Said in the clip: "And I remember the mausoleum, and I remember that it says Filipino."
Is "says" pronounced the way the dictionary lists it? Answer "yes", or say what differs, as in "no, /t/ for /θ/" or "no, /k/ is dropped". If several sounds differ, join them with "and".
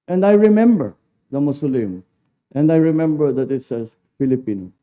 no, /z/ is dropped